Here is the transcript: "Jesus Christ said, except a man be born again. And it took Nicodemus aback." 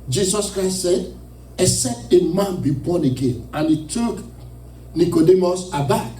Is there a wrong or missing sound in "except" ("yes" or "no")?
yes